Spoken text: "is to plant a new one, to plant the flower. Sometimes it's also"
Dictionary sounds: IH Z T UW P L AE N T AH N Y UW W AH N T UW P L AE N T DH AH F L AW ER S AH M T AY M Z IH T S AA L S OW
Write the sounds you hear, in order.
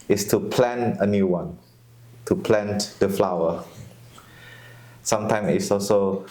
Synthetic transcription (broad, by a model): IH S T UW P L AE N AH N Y UW W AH N T UW P L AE N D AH F L AW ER S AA M T AY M IH T S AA L S OW